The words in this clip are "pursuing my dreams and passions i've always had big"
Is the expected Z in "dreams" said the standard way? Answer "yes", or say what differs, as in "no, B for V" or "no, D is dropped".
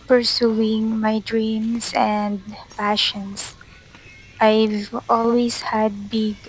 no, S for Z